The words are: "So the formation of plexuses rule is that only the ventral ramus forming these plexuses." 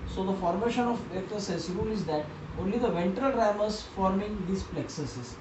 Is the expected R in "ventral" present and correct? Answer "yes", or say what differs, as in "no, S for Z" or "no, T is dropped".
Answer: yes